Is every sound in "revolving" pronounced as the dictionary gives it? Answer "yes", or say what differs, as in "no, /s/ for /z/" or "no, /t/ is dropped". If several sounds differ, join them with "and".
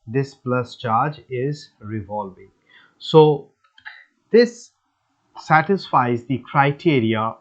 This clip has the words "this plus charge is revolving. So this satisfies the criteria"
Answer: yes